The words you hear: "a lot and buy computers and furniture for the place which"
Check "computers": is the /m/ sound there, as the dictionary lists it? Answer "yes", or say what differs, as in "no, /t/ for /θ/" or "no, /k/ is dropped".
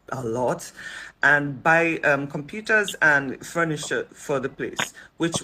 yes